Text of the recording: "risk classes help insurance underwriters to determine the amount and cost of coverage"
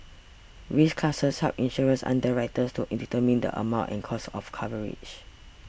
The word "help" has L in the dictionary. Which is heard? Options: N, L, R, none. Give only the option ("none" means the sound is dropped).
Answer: none